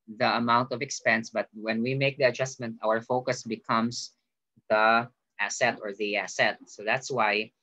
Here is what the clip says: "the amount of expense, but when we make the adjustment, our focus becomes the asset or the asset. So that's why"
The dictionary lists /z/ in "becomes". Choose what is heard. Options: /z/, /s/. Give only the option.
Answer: /s/